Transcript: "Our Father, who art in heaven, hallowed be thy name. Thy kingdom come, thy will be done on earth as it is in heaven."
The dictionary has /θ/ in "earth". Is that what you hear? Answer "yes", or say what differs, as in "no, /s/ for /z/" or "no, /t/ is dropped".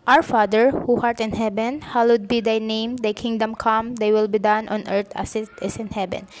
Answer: no, /t/ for /θ/